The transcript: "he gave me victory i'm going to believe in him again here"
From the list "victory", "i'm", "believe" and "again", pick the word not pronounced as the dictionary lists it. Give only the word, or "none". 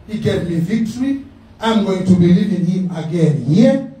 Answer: none